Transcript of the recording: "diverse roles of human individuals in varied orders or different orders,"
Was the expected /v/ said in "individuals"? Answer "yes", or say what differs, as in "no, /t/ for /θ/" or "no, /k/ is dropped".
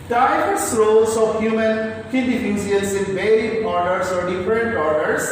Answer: no, /f/ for /v/